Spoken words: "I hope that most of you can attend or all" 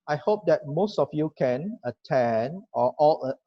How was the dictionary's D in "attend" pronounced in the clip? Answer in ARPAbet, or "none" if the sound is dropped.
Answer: none